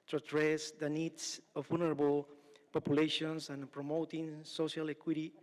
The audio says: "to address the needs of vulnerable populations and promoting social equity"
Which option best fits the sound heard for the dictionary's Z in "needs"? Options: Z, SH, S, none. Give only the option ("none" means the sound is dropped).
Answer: S